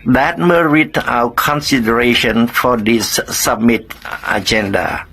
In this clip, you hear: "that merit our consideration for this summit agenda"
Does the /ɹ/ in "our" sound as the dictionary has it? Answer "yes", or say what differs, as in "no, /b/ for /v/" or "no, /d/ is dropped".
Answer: no, /w/ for /ɹ/